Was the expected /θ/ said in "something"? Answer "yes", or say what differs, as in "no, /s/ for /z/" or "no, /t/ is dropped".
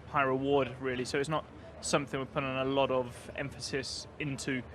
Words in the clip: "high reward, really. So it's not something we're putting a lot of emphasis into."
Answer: yes